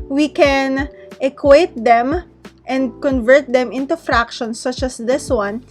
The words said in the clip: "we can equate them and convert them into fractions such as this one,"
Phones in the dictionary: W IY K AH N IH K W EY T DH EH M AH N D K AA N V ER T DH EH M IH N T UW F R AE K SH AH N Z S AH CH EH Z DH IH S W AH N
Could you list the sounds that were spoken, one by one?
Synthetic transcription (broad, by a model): W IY K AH N IH K W EY T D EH M AH N D K AA N V ER T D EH M IH N T UW F R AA K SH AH N S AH CH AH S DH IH S W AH N